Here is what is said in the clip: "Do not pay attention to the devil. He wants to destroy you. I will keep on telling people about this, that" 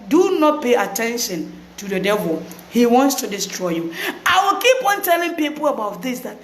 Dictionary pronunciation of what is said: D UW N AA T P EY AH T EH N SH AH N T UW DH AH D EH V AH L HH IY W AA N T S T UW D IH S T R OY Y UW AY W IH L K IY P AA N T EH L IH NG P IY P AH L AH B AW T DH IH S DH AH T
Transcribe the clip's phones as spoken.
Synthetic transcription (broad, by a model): D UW N AA T P EY AH T EH N SH AH N T UW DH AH D EH V AH L HH IY W AA N T S T UW D IH S T R OY Y UW AY W IH L K IY P AA N T EH L IH NG P IY P AH L AH B AW T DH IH S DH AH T